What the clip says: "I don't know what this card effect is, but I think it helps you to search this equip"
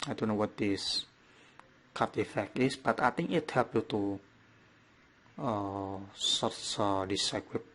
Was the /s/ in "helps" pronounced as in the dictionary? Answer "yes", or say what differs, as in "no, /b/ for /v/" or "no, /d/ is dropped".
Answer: no, /s/ is dropped